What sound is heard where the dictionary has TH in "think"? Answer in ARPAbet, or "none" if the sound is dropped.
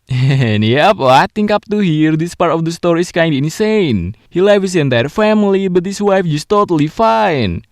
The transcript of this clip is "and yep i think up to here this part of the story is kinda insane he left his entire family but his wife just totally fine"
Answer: T